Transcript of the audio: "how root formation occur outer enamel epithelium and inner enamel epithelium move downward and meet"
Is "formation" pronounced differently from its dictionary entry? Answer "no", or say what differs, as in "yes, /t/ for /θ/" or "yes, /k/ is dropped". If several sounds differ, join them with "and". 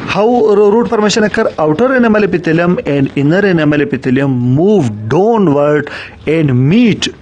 yes, /p/ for /f/